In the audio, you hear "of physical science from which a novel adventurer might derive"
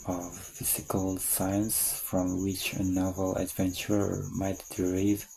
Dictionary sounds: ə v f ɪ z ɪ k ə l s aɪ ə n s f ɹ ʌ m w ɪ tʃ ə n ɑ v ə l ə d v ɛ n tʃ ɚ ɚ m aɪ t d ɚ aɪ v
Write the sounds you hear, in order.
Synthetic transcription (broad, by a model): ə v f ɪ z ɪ k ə l s aɪ ə n s f ɹ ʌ m w ɪ tʃ ə n ɑ v ə l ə d v ɛ n tʃ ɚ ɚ m aɪ t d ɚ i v